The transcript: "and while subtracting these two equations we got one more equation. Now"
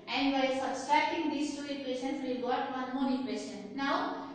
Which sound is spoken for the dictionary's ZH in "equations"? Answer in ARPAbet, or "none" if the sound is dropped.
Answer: S